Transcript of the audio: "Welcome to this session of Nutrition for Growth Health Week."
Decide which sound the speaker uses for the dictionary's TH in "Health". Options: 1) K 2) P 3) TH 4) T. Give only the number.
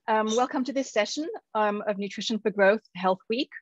3